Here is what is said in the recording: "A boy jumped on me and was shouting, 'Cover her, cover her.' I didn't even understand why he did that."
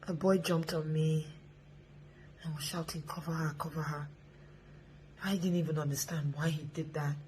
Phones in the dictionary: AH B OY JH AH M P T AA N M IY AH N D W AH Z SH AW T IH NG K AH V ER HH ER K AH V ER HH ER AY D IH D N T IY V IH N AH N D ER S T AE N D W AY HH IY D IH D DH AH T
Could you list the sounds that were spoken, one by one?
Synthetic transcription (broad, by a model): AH B OY JH AH M P T AA N M IY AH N W AH Z SH AW T IH NG K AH V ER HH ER K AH V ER HH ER AY D IH D N T IY V IH N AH N D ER S T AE N D W AY HH IY D IH D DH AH T